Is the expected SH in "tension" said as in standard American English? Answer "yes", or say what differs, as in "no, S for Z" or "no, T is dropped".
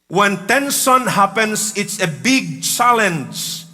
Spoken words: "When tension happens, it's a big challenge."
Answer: no, S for SH